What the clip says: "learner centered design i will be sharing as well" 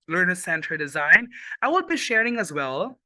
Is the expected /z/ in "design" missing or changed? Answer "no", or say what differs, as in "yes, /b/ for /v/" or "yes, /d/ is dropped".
no